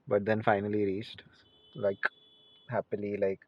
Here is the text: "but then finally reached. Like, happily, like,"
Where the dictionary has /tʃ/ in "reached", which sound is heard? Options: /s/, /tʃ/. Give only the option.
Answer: /tʃ/